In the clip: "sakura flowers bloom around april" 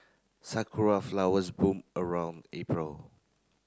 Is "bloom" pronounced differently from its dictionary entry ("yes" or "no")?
yes